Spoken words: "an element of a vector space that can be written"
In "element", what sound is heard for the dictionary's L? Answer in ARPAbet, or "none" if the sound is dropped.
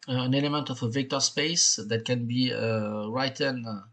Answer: L